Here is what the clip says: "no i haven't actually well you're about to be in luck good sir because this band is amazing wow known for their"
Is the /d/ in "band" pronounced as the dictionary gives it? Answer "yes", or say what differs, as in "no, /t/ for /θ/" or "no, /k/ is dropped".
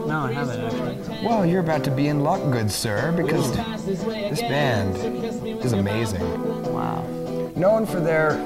yes